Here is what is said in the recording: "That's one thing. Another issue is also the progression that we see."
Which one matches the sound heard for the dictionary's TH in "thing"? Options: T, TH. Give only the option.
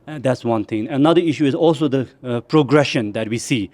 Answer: T